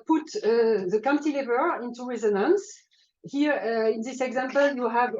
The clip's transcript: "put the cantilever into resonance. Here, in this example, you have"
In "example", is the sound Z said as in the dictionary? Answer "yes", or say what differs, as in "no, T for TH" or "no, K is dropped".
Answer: yes